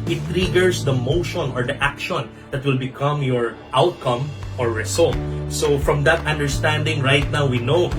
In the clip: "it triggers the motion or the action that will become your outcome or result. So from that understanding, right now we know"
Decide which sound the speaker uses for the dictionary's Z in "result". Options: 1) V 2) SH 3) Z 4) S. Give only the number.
4